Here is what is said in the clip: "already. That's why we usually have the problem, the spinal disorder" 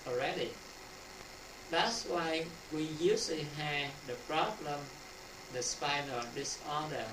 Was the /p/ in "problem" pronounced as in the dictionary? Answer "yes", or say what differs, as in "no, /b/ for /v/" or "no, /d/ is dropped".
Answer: yes